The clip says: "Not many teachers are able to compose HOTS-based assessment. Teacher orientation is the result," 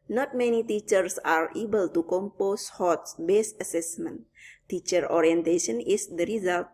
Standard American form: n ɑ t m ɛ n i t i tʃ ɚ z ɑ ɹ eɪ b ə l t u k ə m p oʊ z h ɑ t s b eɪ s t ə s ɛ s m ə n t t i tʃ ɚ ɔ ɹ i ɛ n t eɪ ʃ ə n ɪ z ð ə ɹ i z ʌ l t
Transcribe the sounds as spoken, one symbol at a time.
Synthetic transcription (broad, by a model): n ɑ t m ɛ n i t i tʃ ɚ s ɑ ɹ eɪ b ə l t u k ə m p oʊ s h ɑ t s b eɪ s ə s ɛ s m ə n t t i tʃ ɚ ɔ ɹ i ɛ n t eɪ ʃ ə n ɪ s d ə ɹ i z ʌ l t